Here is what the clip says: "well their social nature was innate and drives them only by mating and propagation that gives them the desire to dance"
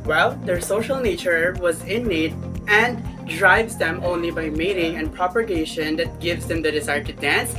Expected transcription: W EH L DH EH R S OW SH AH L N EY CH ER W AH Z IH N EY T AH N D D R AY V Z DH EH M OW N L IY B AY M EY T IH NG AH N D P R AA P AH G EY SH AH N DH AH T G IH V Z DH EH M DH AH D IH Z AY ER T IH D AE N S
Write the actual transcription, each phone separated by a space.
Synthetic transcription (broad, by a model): W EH L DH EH R S OW SH AH L N EY CH ER W AH Z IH N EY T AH N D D R AY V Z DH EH M OW N L IY B AY M EY T IH NG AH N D P R AA P AH G EY SH AH N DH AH T G IH V Z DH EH M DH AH D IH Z AY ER T IH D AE N S